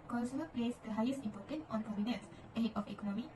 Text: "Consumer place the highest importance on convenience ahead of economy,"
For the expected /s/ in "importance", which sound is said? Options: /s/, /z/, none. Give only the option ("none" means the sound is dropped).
none